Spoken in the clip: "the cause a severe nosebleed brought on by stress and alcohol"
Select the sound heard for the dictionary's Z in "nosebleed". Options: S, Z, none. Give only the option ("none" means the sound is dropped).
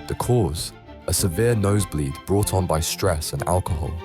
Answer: Z